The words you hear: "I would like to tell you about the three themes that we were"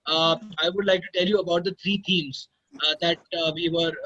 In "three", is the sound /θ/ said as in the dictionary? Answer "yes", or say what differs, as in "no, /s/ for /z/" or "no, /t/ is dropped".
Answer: no, /t/ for /θ/